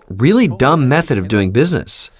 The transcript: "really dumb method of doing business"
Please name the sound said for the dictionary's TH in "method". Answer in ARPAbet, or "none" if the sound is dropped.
TH